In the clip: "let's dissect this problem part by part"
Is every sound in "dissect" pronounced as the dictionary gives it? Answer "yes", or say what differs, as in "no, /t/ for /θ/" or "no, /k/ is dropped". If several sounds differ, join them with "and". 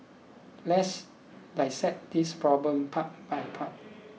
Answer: no, /k/ is dropped